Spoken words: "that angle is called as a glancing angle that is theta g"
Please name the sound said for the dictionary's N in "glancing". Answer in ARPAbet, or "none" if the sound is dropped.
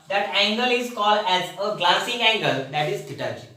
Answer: none